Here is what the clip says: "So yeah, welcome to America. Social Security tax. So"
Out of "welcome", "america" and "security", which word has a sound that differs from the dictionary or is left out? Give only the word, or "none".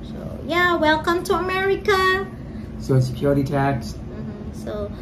none